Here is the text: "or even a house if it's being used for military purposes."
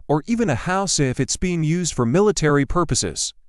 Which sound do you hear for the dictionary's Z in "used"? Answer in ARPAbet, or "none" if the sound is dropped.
Z